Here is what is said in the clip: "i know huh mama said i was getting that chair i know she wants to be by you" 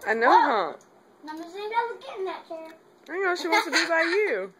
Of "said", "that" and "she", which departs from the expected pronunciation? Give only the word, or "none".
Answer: said